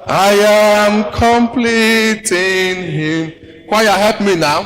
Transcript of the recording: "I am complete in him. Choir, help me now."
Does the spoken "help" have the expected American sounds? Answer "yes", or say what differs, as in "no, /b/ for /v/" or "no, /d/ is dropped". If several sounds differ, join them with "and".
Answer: no, /l/ is dropped